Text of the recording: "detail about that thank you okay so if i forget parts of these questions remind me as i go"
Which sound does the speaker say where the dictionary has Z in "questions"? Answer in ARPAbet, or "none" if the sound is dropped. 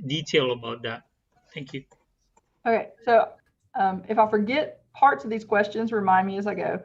Z